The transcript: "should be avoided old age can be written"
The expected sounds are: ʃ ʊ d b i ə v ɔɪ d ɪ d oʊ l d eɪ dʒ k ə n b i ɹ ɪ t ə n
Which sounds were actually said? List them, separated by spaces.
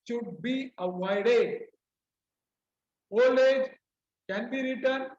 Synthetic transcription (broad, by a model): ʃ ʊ d b i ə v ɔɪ d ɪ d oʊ l eɪ dʒ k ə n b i ɹ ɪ t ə n